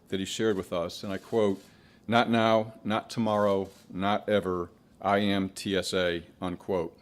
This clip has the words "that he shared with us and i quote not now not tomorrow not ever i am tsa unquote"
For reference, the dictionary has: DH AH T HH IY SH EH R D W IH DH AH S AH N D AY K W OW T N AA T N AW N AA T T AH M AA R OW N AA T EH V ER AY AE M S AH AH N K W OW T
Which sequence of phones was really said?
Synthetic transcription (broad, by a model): DH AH T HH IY SH EH R D W IH DH AH S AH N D AY K W OW T N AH T N AW N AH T T AH M AA R OW N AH T EH V ER AY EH M S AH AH N K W OW T